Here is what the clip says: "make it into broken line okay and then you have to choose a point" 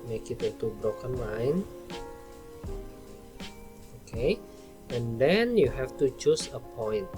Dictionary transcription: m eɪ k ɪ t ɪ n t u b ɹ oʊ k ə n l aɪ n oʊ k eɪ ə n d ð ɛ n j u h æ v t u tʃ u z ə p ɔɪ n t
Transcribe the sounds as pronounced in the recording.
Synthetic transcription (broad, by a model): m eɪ k ɪ t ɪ t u b ɹ oʊ k ə n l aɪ n oʊ k eɪ ə n d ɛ n j u h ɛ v t u tʃ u s ə p ɔɪ n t